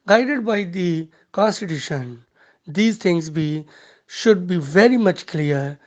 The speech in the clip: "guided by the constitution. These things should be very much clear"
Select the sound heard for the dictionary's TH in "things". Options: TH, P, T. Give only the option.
T